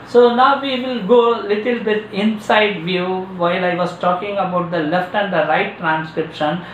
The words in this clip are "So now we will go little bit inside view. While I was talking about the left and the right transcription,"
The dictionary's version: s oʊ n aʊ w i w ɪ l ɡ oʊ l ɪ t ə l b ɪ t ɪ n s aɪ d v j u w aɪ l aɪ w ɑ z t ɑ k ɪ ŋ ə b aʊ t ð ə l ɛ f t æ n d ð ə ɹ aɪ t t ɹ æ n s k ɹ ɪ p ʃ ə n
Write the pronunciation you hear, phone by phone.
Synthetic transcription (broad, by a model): s oʊ n aʊ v i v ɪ l ɡ oʊ l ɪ t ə l b ɪ t ɪ n s aɪ d v j u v aɪ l aɪ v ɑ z t ɑ k ɪ ŋ ə b aʊ t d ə l ɛ f t æ n d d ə ɹ aɪ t t ɹ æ n s k ɹ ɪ p ʃ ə n